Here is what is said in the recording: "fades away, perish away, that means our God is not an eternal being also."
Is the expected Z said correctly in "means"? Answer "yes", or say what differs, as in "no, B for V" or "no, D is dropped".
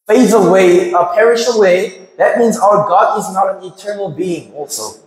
yes